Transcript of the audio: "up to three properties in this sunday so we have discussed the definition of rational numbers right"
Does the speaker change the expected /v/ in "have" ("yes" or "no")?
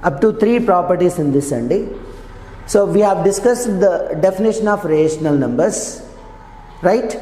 no